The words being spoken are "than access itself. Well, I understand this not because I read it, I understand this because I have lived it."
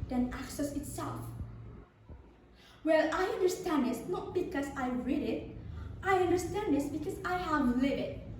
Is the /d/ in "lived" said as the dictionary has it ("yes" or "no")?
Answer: no